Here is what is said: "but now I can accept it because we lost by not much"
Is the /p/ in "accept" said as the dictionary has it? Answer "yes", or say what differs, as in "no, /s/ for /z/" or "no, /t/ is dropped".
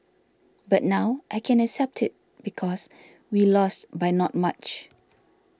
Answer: yes